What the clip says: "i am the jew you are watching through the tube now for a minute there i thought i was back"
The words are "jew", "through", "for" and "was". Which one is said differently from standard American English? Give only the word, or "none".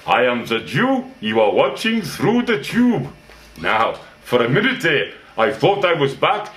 none